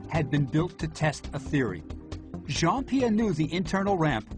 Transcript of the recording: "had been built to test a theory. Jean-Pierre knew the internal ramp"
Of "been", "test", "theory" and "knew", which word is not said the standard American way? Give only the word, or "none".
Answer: none